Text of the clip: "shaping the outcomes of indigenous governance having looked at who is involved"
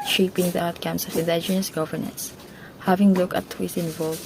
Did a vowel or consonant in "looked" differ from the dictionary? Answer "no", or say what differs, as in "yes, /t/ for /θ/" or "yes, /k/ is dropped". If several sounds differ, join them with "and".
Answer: yes, /t/ is dropped